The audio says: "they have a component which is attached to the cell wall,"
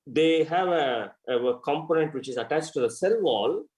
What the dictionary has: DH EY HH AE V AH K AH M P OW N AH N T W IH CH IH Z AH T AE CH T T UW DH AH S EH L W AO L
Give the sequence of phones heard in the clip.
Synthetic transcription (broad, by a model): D EY HH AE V AH K AH M P OW N AH N T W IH CH IH Z AH T AE CH T T UW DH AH S EH L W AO L